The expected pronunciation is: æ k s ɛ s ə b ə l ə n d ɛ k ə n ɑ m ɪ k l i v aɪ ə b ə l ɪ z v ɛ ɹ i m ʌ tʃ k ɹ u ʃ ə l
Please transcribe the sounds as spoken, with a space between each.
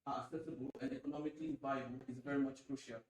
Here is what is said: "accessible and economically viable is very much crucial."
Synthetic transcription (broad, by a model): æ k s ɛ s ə b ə l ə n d ɛ k ə n ɑ m ɪ k l i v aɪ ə ə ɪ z v ɛ ɹ i m ʌ tʃ k ɹ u ʃ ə l